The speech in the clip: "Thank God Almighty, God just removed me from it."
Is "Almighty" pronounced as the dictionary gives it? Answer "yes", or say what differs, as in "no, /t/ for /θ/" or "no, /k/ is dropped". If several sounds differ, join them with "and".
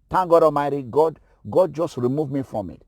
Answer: no, /l/ is dropped